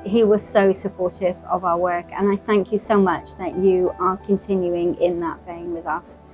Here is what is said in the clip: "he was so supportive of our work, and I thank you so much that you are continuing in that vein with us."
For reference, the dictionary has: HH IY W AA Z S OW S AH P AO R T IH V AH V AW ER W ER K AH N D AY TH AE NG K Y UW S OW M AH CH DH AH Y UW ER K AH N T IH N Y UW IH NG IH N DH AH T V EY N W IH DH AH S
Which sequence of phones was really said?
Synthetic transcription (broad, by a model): HH IY W AA Z S OW S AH P AO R T IH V AH V AW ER W ER K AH N AY TH AE NG K Y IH S OW M AH CH DH AH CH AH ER K AH N T IH N Y UW IH NG IH N DH AH T F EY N W IH DH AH S